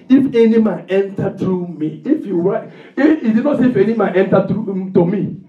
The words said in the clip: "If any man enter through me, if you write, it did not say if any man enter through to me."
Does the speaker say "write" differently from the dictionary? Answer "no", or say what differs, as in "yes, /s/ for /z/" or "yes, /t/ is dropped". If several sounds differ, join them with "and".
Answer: yes, /t/ is dropped